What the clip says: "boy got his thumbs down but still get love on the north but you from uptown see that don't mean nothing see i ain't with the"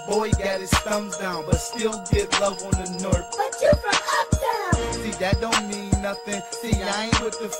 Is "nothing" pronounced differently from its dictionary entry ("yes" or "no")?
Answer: no